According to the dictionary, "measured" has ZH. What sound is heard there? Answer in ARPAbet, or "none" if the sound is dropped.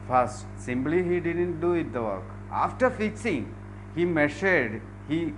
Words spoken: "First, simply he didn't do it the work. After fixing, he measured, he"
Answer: SH